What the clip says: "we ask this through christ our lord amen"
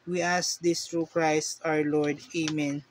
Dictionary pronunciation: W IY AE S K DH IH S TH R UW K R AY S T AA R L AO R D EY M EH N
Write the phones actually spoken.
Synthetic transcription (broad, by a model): W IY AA S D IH S T R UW K R AY S T AA R L AO R D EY M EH N